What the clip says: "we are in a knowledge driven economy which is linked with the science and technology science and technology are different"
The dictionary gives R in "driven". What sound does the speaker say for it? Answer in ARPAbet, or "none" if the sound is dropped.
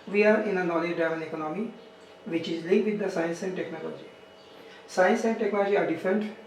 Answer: none